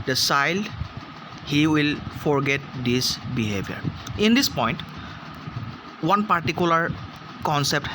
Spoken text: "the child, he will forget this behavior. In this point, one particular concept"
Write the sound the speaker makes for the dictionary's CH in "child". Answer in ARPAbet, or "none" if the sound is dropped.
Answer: S